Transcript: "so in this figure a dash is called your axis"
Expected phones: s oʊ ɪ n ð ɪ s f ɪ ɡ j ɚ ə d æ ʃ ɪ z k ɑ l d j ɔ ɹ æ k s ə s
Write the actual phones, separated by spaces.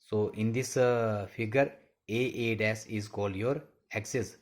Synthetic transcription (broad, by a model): s oʊ ɪ n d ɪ s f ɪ ɡ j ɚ ə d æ s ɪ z k ɑ l d j ɔ ɹ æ k s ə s